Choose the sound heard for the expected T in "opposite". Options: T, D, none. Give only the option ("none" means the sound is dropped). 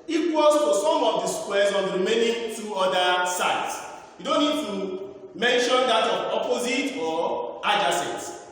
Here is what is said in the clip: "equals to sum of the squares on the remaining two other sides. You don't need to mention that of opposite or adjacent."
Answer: T